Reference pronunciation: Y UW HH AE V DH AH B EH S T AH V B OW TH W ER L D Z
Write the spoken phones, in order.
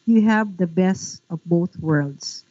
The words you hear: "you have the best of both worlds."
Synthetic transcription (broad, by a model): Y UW HH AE V DH AH B EH S T AH V B OW TH W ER L D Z